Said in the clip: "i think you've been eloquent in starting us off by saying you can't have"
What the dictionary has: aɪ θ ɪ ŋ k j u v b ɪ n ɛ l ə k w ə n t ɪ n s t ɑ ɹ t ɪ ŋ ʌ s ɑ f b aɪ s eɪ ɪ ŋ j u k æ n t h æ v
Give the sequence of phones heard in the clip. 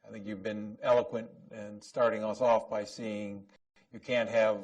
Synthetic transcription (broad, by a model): aɪ θ ɪ ŋ k j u v b ɪ n ɛ l ə k w ə n t ɪ n s t ɑ ɹ t ɪ ŋ ʌ s ɑ f b aɪ s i ɪ ŋ j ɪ k æ n t h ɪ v